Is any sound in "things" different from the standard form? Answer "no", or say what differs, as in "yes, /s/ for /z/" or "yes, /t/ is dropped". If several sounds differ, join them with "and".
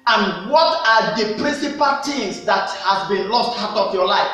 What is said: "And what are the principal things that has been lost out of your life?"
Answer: yes, /t/ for /θ/